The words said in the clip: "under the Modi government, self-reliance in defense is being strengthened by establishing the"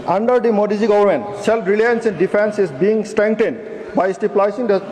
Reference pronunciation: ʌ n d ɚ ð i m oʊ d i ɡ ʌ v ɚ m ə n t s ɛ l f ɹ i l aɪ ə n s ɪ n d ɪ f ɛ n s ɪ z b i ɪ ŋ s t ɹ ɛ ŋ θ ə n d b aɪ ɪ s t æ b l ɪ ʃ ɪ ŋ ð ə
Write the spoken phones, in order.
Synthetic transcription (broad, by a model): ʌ n d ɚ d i m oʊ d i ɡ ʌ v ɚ m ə n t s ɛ l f ɹ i l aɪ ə n s ɪ n d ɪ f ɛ n s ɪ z b i ɪ ŋ s t ɹ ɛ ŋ t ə n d b aɪ s t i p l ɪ s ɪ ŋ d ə